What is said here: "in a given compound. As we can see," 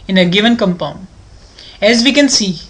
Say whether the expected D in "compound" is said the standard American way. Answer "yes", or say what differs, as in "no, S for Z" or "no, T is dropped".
no, D is dropped